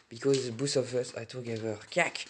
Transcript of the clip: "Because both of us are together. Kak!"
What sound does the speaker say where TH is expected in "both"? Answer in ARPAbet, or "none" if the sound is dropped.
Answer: S